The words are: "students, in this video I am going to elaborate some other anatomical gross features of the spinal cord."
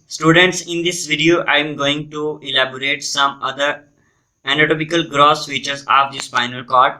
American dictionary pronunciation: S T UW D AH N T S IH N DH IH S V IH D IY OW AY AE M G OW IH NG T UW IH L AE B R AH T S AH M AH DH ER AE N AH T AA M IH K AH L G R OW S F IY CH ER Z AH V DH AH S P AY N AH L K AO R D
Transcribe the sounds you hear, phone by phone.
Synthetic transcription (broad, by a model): S T UW D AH N T S IH N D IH S V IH D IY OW AY M G OW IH NG T UW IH L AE B R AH T S AH M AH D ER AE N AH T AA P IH K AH L G R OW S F IY CH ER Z AH V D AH S F AY N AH L K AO R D